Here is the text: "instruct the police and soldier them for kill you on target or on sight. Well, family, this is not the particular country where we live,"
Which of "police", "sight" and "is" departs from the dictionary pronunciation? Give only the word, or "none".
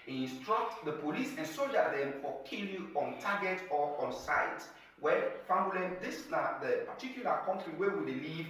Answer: is